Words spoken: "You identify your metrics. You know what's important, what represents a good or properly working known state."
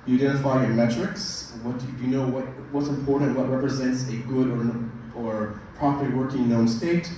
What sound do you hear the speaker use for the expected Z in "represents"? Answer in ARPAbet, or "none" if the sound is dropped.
Z